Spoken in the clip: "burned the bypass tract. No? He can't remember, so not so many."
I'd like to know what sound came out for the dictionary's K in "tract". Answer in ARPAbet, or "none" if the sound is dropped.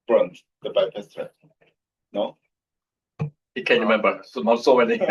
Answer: none